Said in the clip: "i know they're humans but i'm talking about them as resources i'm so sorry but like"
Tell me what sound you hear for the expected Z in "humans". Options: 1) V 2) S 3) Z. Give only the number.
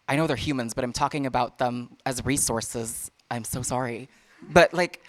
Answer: 3